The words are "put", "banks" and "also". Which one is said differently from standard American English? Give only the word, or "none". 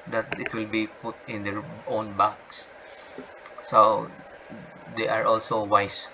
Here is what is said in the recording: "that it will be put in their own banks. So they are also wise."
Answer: banks